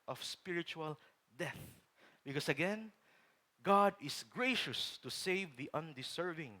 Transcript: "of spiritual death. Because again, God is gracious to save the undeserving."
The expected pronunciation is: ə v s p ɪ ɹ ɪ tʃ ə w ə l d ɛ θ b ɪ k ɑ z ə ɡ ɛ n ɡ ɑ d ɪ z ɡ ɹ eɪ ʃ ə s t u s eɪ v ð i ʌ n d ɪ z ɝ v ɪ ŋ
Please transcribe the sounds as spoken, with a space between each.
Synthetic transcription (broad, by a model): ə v s p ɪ ɹ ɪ tʃ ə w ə l d ɛ θ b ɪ k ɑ s ə ɡ ɛ n ɡ ɑ d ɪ s ɡ ɹ eɪ ʃ ə s t u s eɪ v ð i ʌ n d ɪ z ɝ v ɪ ŋ